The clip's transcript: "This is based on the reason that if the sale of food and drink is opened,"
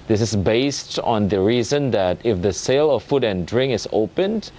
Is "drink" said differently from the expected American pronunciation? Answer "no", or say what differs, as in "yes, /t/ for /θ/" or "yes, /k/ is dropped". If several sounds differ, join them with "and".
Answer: yes, /k/ is dropped